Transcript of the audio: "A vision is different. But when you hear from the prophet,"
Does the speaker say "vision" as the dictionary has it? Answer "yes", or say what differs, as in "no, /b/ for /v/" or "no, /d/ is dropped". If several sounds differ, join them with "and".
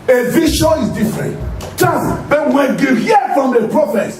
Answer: no, /ʃ/ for /ʒ/ and /n/ is dropped